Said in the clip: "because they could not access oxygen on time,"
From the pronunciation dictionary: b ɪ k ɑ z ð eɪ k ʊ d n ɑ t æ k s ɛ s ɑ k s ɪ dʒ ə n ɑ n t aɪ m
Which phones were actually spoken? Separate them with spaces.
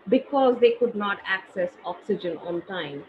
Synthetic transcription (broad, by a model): b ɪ k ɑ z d eɪ k ʊ d n ɑ t æ k s ɛ s ɑ k s ɪ dʒ ə n ɑ n t aɪ m